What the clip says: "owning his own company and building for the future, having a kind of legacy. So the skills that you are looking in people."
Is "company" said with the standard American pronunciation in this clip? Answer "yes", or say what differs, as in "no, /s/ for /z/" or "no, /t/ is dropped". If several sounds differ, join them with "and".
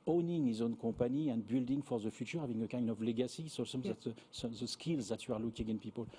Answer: no, /m/ is dropped